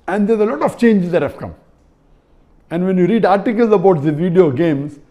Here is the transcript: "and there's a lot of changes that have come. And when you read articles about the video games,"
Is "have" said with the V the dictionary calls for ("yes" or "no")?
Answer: no